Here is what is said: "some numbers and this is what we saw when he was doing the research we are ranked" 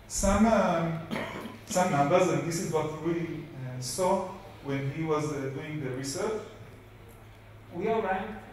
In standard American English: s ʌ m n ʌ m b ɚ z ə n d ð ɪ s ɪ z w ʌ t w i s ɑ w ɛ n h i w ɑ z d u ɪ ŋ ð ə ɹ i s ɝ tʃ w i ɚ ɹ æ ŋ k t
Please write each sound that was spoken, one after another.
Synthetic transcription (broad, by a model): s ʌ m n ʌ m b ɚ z ə n d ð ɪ s ɪ z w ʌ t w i s ɑ w ɛ n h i w ɑ z d u ɪ ŋ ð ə ɹ i s ɝ tʃ w i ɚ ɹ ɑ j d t